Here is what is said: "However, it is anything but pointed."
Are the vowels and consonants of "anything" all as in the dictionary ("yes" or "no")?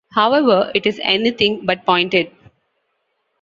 no